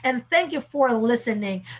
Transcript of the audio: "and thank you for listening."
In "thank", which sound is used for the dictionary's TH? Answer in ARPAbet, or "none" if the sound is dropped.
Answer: TH